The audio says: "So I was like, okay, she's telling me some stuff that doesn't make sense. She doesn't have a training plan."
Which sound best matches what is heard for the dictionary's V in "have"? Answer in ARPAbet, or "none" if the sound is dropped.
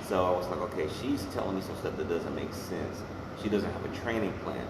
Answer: V